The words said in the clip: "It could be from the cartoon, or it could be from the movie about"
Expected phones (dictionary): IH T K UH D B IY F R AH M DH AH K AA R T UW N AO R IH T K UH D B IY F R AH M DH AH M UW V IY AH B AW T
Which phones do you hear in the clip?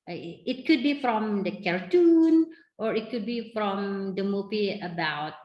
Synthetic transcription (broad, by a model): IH T K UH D B IY F R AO M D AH K AA R T UW N AO R IH T K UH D B IY F R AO M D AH M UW P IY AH B AW T